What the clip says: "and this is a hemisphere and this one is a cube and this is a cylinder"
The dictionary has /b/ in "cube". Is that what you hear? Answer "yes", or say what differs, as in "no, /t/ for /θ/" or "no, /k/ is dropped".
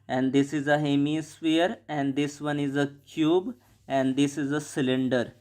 yes